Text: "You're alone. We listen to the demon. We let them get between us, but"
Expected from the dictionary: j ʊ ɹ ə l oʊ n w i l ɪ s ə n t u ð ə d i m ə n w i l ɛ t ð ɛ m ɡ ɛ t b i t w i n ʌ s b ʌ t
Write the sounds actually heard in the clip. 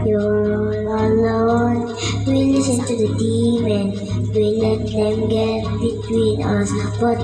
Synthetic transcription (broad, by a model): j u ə n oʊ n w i l ɪ s ə n t u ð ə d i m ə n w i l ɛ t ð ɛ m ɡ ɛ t b i t w i n ʌ s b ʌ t